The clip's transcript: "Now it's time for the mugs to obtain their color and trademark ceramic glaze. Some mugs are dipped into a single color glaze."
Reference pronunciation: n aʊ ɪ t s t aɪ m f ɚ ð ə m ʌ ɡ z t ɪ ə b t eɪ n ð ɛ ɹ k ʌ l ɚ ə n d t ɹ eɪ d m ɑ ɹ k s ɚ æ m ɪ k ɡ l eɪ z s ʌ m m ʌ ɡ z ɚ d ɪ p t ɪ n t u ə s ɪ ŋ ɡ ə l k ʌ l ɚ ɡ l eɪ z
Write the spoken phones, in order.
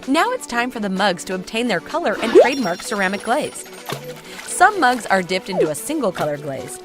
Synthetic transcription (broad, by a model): n aʊ ɪ t s t aɪ m f ɚ ð ə m ʌ ɡ z t ɪ ə b t eɪ n ð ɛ ɹ k ʌ l ɚ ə n t ɹ eɪ d m ɑ ɹ k s ɚ æ m ɪ k ɡ l eɪ z s ʌ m m ʌ ɡ z ɚ d ɪ p t ɪ n t u ə s ɪ ŋ ɡ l k ʌ l ɚ ɡ l eɪ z